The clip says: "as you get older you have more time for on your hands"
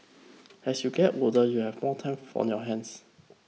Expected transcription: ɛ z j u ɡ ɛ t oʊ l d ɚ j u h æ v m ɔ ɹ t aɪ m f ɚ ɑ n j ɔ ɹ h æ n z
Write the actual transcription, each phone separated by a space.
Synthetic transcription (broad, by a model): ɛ s j u ɡ ɛ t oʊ d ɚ j u h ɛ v m ɔ t aɪ m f ɑ n j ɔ h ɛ n s